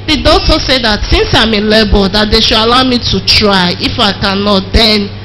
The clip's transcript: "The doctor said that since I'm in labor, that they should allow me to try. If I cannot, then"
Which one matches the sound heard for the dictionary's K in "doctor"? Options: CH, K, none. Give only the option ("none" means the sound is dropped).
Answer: none